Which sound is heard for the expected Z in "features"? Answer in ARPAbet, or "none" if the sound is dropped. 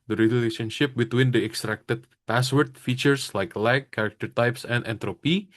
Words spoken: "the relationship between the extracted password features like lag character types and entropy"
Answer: S